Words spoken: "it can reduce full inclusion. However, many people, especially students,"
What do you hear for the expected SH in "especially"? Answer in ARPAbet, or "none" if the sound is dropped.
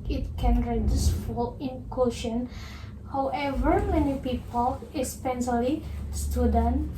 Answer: S